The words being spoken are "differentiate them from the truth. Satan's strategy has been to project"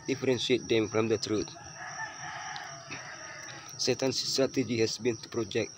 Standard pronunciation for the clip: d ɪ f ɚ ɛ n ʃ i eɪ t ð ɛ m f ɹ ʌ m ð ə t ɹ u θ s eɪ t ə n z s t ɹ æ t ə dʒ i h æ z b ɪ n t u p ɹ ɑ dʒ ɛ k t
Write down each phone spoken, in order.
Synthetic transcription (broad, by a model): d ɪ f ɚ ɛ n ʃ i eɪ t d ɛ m f ɹ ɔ m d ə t ɹ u t s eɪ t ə n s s t ɹ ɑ t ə dʒ i h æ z b ɪ n t u p ɹ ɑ dʒ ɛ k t